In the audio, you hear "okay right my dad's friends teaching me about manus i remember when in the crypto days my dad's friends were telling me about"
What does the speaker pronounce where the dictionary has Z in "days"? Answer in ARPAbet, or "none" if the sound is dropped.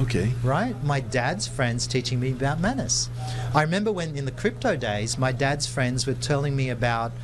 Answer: Z